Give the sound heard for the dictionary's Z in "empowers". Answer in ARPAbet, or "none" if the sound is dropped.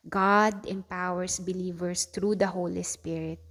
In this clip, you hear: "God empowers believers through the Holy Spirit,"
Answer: S